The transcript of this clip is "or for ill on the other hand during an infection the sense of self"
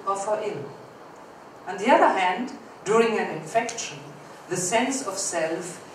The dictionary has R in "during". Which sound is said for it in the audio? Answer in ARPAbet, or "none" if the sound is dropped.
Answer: R